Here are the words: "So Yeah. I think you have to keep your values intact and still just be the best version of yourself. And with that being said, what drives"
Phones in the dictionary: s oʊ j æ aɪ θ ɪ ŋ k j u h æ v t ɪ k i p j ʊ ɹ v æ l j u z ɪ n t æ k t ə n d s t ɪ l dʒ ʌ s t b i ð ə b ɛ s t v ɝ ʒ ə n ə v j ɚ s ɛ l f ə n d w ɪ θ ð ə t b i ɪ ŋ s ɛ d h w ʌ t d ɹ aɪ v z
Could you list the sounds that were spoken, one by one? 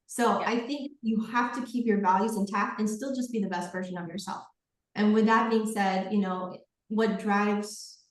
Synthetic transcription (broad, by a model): s oʊ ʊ aɪ θ ɪ ŋ k j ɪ h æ f t ɪ k i p j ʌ ɹ v æ l j u z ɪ n t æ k ə n s t ɪ l dʒ ʌ s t b i ð ə b ɛ s t v ɝ ʒ ə n ə v j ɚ s ɛ l f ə n w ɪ ð ə t b i ɪ ŋ s ɛ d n w ʌ t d ɹ aɪ v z